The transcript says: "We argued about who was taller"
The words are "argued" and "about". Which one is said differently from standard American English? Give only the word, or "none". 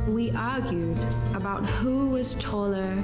none